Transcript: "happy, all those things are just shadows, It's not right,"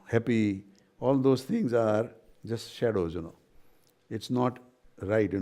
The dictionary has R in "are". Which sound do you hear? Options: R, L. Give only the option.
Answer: R